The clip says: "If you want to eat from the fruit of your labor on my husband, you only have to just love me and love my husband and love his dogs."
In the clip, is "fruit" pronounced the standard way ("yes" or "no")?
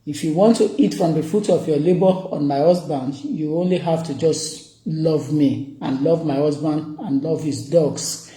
no